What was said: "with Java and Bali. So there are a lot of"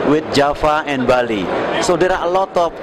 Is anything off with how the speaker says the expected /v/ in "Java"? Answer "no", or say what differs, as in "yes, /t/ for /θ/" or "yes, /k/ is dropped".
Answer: yes, /f/ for /v/